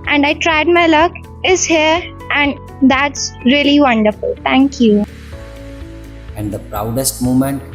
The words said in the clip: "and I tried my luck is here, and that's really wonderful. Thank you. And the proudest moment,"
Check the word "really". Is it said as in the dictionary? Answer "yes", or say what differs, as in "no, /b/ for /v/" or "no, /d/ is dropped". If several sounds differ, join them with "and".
yes